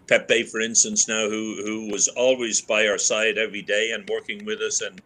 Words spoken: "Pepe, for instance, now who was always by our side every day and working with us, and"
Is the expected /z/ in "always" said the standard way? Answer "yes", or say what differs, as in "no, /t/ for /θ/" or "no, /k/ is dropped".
yes